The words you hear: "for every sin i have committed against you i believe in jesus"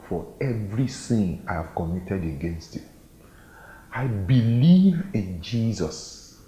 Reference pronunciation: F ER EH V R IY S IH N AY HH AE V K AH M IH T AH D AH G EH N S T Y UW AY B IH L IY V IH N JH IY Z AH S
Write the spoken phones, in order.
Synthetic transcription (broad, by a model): F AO EH V R IY TH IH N AY HH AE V K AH M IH T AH D AH G EH N S T Y UW AY B IH L IY V IH N JH IY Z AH S